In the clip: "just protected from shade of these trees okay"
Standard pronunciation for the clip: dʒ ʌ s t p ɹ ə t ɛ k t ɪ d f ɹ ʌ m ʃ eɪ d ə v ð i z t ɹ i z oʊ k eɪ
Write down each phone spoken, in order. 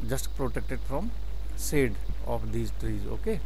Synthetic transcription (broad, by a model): dʒ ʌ s t p ɹ ə t ɛ k t ɪ d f ɹ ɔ m s eɪ d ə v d i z t ɹ i z oʊ k eɪ